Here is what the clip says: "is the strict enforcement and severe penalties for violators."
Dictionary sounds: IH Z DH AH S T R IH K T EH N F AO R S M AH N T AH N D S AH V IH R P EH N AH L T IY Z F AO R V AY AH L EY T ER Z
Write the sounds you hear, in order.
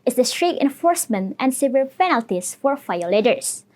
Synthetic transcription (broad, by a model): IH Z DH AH S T R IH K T EH N F AO R S M AH N T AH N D S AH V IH L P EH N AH L T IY S F AO R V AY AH L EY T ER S